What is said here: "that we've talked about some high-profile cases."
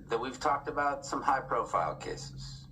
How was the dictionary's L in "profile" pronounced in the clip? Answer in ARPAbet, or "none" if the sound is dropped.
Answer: L